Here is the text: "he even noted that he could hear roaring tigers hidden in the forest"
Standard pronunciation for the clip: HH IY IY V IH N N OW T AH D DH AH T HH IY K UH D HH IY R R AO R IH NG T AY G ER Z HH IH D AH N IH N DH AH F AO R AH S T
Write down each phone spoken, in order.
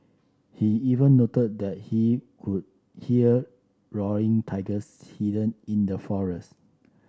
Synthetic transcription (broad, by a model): HH IY IY V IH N N OW T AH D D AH T HH IY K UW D HH IY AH R AO R IH NG T AY G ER S HH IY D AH N IH N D AH F AO R AH S T